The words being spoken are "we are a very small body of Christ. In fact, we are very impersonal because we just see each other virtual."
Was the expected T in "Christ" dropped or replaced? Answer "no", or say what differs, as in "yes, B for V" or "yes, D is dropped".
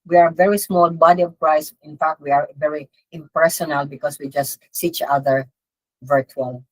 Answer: yes, T is dropped